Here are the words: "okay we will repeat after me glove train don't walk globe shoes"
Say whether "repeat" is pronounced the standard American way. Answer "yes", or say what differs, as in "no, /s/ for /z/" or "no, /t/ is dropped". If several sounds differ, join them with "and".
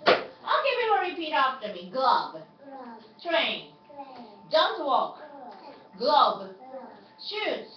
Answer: yes